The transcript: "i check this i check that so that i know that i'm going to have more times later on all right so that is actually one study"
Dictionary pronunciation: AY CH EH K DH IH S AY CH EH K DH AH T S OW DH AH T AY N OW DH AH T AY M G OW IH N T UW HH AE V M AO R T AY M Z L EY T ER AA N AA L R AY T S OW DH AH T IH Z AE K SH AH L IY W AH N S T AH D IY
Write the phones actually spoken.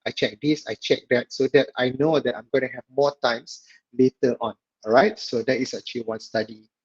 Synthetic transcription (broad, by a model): AY CH EH K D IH S AY CH EH K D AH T S OW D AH T AY N OW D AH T AY M G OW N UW HH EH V M AO T AY M S L EY T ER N AA N R AY T S OW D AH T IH S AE K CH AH L IY W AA N S T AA D IY